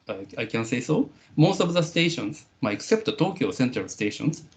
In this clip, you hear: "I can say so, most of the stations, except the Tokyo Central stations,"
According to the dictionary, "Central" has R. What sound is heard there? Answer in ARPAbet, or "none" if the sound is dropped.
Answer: none